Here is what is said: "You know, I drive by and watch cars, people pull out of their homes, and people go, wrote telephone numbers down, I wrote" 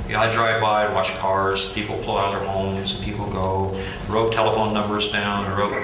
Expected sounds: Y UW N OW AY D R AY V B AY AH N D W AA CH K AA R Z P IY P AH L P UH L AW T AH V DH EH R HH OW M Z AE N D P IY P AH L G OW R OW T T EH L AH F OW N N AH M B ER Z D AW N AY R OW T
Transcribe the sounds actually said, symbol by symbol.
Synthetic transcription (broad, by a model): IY AY D R AY V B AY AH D W AA CH K AA R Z P IY P L P UH L AW T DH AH R HH OW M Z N P IY P L G OW R OW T T EH L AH F OW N N AH M B ER Z D AW N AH R OW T